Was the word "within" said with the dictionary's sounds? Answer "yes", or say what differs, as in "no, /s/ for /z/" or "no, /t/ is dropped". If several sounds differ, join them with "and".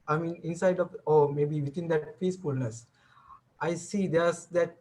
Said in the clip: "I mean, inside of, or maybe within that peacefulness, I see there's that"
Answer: no, /t/ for /θ/